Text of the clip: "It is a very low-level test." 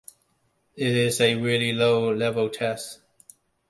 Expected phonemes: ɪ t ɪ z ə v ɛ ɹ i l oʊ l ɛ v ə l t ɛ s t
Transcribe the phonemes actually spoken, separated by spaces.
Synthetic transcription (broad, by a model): ɪ t ɪ z ə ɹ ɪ l i l oʊ l ɛ v ə l t ɛ s t